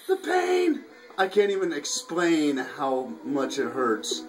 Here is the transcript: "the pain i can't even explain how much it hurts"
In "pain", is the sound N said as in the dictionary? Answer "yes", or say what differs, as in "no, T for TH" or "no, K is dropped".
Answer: yes